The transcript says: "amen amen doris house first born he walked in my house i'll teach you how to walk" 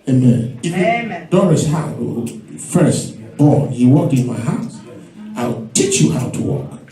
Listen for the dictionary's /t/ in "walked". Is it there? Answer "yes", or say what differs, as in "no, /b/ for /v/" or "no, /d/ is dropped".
no, /t/ is dropped